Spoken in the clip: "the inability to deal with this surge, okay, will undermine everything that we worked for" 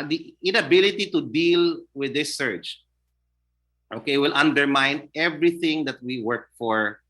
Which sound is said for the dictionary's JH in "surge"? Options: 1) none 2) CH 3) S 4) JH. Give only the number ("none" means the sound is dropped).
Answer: 2